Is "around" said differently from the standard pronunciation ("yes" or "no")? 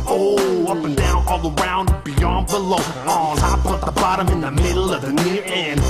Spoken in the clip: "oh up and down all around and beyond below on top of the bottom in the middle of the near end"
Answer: yes